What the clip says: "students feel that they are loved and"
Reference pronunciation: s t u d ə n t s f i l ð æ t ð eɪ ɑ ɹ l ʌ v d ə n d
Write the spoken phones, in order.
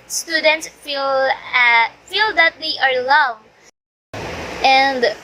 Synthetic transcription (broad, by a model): s t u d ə n t s f i l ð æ t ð eɪ ɑ ɹ l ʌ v ə n d